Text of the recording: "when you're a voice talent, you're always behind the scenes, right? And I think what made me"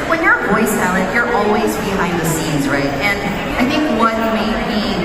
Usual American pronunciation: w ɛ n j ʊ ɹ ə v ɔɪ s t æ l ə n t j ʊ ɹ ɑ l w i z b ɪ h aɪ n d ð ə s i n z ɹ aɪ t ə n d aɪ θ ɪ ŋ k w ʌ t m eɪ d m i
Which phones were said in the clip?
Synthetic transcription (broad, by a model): w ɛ n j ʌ ɹ v ɔɪ s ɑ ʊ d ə t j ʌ ɹ ɑ l w i z b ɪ h aɪ n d ð ə s i n z ɹ aɪ t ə n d aɪ θ ɪ ŋ k w ʌ t m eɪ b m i